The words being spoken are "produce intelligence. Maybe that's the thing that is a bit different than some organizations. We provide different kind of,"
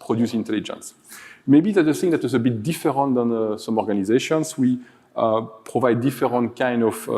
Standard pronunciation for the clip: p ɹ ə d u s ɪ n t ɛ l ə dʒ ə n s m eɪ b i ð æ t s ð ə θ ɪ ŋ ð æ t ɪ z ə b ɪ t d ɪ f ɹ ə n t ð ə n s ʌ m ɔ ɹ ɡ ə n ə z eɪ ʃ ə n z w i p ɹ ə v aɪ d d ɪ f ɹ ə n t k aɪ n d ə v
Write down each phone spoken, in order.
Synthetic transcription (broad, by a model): p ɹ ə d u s ɪ n t ɛ l ə dʒ ə n s m eɪ b i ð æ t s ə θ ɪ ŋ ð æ t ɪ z ə b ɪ t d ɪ f ɹ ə n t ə n s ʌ m ɔ ɹ ɡ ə n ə z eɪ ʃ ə n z w i p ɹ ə v aɪ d d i f ɹ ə n t k aɪ n d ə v